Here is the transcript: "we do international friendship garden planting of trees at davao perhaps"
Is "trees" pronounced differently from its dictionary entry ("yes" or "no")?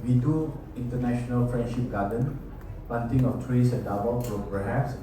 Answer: yes